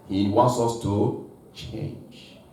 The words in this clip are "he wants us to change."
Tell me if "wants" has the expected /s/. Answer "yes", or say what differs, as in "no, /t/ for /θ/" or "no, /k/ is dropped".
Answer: yes